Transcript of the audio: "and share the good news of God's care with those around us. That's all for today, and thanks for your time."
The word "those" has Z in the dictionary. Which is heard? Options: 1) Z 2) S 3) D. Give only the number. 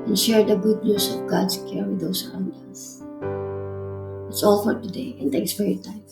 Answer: 2